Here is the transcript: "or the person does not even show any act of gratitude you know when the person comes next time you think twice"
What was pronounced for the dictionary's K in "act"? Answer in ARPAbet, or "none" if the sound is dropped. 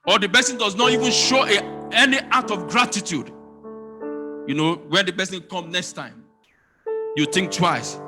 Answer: none